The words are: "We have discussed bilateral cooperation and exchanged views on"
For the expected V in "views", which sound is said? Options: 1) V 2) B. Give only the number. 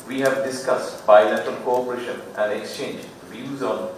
1